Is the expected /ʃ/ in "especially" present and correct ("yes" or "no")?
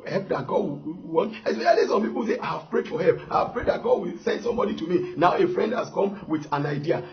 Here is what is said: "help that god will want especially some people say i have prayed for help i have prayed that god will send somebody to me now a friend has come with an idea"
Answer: no